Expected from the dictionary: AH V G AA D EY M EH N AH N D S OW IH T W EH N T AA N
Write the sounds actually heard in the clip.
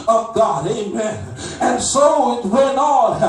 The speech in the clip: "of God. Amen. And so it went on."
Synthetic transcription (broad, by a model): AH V G AA D EY M EH N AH N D S OW IH T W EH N AA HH